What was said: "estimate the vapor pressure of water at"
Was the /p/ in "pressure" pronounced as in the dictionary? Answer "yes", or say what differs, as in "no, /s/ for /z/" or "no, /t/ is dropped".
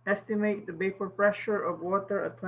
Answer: no, /f/ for /p/